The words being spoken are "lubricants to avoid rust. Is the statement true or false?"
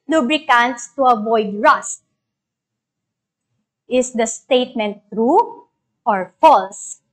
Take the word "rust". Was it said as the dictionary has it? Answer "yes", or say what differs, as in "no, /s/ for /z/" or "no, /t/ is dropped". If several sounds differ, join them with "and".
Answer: yes